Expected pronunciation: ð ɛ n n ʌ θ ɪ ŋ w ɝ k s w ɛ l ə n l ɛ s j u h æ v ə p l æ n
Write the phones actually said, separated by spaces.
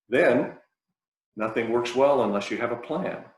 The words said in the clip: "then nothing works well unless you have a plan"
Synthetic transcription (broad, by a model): ð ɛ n n ʌ θ ɪ ŋ w ɝ k s w ɛ l ə n l ɛ s j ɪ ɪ v ə p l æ n